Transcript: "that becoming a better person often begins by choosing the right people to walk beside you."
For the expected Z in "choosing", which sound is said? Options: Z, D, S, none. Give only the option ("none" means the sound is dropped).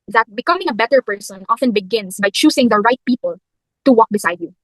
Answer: S